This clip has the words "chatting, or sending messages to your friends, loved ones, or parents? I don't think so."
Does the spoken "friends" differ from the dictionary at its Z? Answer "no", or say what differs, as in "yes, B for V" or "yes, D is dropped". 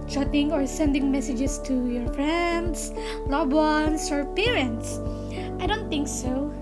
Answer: yes, S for Z